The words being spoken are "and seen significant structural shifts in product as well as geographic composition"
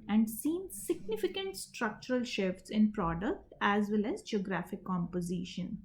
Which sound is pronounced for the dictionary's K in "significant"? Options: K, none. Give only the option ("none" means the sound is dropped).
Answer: K